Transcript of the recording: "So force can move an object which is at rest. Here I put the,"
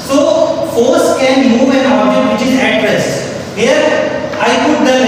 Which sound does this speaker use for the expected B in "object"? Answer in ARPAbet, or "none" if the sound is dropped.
none